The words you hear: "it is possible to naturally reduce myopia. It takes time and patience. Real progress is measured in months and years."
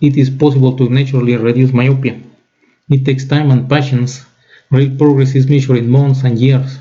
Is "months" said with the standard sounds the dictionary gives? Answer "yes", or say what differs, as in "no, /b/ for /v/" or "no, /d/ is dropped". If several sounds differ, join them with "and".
no, /t/ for /θ/